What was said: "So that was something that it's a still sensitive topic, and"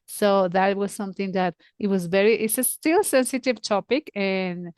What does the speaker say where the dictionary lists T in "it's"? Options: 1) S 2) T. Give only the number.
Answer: 2